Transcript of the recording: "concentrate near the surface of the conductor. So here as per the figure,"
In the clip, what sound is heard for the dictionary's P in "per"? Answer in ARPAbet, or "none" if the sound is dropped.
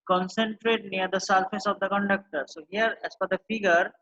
F